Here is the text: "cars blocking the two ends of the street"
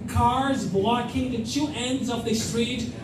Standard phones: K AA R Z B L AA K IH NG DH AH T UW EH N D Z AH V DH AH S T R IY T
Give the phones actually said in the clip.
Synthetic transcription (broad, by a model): K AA R Z B L AA K IH NG DH AH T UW EH N D Z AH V DH AH S T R IY T